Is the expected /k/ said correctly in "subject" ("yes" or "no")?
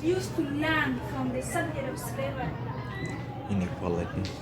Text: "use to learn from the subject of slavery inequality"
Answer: no